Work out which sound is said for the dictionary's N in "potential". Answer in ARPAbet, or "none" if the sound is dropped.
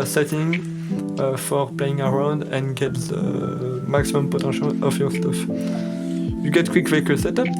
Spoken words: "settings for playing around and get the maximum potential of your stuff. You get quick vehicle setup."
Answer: none